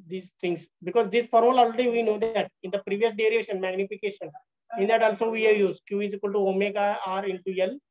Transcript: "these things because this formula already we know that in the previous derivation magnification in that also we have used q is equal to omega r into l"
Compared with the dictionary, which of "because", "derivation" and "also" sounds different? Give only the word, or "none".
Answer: derivation